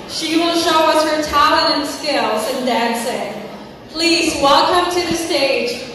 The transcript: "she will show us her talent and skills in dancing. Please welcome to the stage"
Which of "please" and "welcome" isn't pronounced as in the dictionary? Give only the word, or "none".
none